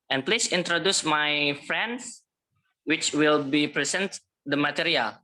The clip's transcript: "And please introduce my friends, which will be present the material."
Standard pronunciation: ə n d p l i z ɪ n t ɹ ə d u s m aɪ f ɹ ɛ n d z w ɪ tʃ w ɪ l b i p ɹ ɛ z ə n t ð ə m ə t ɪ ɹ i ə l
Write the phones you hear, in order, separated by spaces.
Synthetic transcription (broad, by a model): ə n p l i s ɪ n t ɹ ə d u s m aɪ f ɹ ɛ n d s w ɪ tʃ w ɪ l b i p ɹ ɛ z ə n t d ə m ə t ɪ ɹ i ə l